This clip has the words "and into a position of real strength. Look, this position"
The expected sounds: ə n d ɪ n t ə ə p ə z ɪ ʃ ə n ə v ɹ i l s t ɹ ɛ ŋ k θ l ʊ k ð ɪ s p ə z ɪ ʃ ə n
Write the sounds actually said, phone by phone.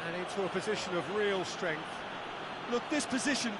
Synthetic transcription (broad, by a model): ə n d ɪ n t ə ə p ə z ɪ ʃ ə n ə v ɹ i l s t ɹ ɛ ŋ k θ l ʊ k ð ɪ s p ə z ɪ ʃ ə n